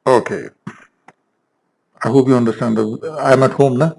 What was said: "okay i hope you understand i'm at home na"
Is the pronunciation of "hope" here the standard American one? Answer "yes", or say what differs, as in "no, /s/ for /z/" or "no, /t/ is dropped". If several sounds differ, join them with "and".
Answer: no, /b/ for /p/